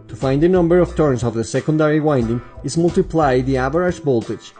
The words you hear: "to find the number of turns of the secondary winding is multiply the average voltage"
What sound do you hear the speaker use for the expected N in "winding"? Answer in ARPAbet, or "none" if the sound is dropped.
N